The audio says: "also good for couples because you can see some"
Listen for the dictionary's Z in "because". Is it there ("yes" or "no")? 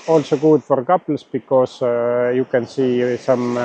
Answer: no